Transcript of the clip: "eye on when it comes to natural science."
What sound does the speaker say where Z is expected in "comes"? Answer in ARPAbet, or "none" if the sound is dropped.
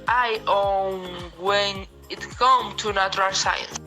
none